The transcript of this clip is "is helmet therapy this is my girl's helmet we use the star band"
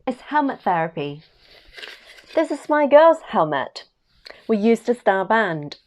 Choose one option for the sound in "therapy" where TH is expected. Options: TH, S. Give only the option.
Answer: TH